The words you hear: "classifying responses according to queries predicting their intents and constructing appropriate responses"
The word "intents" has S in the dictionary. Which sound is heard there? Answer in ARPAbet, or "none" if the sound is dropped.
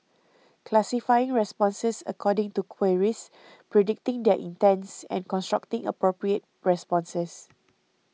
S